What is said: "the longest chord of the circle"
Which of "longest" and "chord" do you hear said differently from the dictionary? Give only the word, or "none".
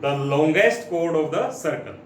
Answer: none